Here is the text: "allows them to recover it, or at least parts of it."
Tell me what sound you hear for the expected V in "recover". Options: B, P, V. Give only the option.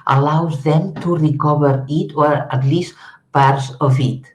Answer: B